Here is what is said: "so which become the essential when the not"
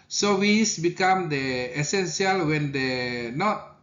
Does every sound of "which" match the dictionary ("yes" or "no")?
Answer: no